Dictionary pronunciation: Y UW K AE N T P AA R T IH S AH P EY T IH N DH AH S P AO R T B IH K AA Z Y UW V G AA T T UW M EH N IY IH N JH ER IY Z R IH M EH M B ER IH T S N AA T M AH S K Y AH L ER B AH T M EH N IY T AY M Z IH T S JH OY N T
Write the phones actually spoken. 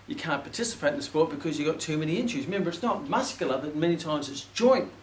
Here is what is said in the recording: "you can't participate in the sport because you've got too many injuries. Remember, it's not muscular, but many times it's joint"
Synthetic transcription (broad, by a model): Y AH K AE N P AA R T IH S AH P EY T IH N DH AH S P AO R T B IH K AA Z Y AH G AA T T UW M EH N IY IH N CH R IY Z M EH M B ER IH T S N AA T M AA S K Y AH L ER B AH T M EH N IY T AY M Z IH T S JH OY N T